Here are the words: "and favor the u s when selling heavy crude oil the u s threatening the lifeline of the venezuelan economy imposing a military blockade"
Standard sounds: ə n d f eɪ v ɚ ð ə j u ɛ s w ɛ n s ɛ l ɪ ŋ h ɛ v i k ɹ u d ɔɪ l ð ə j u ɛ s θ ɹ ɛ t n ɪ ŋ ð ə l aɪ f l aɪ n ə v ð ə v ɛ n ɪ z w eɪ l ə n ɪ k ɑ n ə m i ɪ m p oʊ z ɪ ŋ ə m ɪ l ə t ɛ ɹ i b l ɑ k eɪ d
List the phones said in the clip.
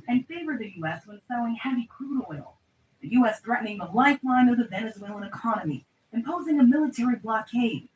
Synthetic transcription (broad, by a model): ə n f eɪ v ɚ ð ə j u ɛ s w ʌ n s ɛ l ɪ ŋ h ɛ v i k ɹ u d ɔɪ l ð ə j u ɛ s θ ɹ ɛ t n ɪ ŋ ð ə l aɪ f l aɪ n ə v ð ə v ɛ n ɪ z w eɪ l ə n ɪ k ɑ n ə m i ɪ m p oʊ z ɪ ŋ ə m ɪ l ə t ɛ ɹ i b l ɑ k eɪ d